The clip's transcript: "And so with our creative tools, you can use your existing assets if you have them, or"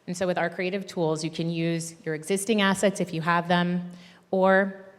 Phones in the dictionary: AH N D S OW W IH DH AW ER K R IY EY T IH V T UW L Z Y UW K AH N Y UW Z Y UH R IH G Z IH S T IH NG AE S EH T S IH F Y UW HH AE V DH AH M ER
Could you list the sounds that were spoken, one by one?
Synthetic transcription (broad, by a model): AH N S OW W IH DH AW ER K R IY EY T IH V T UW L Z Y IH K AH N Y UW Z Y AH R IH G Z IH S T IH NG AE S EH T S IH F Y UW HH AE V DH AH M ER